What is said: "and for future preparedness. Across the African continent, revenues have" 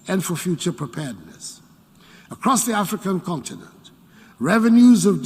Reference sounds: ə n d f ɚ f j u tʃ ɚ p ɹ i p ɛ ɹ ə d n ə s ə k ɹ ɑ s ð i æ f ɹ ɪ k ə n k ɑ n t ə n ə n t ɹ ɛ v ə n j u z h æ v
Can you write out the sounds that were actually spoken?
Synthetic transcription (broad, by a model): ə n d f ɚ f j u tʃ ɚ p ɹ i p ɛ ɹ d n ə s ə k ɹ ɑ s ð i æ f ɹ ɪ k ə n k ɑ n t ə n ə n t ɹ ɛ v ə n j u z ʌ v